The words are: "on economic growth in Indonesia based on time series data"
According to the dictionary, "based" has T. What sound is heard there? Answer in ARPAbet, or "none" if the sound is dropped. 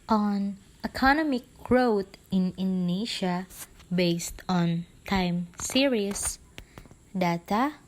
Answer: T